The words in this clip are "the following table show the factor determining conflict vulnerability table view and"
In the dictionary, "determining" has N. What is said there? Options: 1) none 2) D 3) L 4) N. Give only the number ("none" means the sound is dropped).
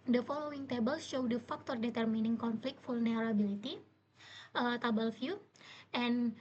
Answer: 4